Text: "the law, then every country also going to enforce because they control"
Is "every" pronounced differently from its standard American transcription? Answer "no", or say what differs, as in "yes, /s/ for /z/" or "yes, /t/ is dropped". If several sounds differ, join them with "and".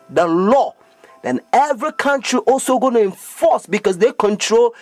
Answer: no